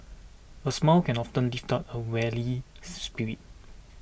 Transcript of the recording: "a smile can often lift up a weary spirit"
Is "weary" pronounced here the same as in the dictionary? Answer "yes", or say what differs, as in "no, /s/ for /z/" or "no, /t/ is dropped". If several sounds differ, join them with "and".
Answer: no, /l/ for /ɹ/